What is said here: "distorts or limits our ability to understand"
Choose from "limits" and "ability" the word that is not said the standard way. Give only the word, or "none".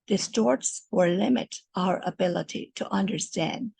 limits